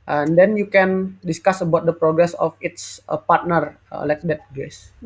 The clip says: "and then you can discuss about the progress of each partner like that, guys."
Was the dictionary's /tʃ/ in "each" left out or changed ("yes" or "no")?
yes